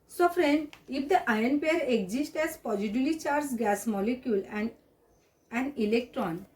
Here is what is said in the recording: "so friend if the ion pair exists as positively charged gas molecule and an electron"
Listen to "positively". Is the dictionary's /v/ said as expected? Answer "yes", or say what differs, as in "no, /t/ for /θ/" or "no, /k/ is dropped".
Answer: no, /v/ is dropped